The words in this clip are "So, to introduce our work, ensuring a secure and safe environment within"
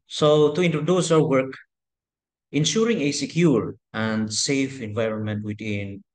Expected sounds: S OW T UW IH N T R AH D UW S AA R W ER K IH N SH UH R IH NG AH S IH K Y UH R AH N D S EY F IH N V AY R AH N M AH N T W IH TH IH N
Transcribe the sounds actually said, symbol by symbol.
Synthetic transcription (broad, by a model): S OW T UW IH N T R AH D UW S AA W W ER K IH N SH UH R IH NG AH S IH K Y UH R AH N D S EY F IH N V AY R AH N M AH N T W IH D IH N